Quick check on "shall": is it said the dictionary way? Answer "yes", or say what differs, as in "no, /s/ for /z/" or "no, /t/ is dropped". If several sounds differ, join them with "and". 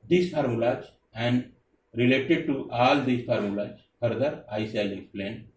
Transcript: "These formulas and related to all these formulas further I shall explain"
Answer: no, /s/ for /ʃ/